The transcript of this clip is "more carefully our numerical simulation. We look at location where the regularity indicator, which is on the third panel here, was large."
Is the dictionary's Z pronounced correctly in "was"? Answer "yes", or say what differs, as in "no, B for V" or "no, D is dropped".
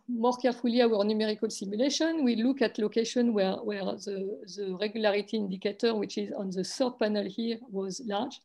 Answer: yes